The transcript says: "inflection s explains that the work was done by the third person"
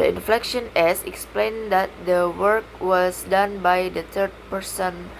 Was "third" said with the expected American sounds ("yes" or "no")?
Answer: no